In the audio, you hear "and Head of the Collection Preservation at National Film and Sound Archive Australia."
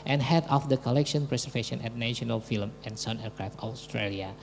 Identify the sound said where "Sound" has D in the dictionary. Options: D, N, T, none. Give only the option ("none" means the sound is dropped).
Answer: none